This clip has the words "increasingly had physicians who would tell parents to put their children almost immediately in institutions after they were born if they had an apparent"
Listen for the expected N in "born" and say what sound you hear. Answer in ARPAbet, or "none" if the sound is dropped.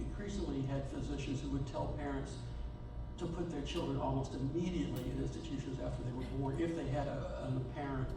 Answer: none